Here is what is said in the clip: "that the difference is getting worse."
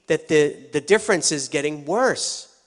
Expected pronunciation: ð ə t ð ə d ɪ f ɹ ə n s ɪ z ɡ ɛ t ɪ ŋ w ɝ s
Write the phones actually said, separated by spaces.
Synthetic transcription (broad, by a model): ð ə t ð ə d ɪ f ɹ ə n s ɪ z ɡ ɛ t ɪ ŋ w ɝ s